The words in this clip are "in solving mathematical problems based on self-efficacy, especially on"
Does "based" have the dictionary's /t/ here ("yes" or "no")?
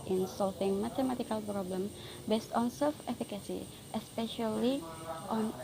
yes